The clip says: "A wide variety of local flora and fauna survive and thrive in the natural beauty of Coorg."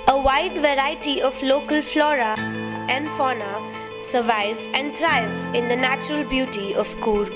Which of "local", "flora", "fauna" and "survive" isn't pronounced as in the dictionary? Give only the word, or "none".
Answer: none